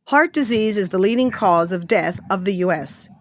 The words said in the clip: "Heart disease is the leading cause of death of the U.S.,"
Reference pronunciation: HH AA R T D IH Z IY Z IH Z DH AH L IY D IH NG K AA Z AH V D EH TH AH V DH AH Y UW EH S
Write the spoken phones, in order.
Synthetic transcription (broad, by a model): HH AA R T D IH Z IY Z IH Z DH AH L IY D IH NG K AA Z AH V D EH TH AH V DH AH Y UW EH S